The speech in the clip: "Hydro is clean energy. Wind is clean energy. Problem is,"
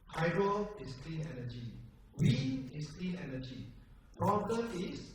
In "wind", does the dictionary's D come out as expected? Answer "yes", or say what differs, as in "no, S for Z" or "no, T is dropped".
no, D is dropped